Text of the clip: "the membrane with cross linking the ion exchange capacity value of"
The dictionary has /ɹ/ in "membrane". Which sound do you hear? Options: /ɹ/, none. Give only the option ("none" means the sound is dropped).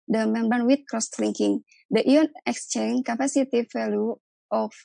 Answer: none